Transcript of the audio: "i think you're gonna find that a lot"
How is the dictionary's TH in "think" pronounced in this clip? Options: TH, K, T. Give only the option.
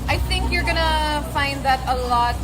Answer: TH